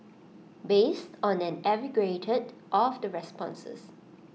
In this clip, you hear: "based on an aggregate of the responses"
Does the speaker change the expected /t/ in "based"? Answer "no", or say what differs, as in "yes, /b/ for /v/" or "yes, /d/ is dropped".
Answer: no